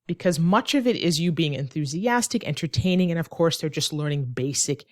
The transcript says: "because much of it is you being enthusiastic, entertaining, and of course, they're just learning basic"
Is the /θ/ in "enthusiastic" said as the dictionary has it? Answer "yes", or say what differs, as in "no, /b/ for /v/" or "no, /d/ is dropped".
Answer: yes